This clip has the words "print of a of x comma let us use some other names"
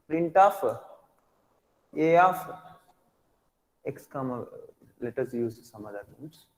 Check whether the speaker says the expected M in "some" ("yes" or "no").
yes